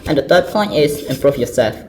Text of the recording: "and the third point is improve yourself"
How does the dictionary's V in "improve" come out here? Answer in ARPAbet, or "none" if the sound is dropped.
F